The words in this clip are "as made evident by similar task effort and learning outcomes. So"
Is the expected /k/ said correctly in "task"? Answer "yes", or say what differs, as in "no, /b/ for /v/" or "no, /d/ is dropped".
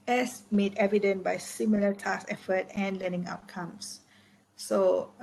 no, /k/ is dropped